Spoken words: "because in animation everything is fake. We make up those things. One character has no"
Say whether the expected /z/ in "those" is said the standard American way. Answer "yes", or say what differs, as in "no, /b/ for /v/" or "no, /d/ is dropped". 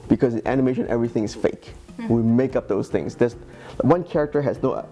no, /s/ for /z/